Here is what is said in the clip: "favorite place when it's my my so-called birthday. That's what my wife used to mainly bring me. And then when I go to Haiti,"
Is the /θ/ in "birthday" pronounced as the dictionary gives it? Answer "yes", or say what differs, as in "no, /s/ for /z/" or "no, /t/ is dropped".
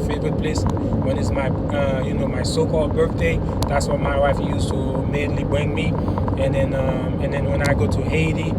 yes